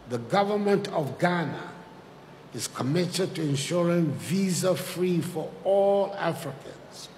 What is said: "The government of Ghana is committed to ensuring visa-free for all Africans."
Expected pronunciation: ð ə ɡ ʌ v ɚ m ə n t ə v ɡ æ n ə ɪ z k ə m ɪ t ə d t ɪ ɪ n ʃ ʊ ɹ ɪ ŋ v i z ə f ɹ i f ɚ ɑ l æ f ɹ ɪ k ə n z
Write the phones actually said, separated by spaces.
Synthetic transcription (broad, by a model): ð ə ɡ ʌ v ɚ m ə n t ə v ɡ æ n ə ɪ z k ə m ɪ t ə d t ɪ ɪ n ʃ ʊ ɹ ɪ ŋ v i z ə f ɹ i f ɚ ɑ l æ f ɹ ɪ k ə n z